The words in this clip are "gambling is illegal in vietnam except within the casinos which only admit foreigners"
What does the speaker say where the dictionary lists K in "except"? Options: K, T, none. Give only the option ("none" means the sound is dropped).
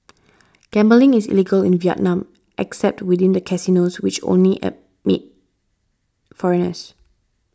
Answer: K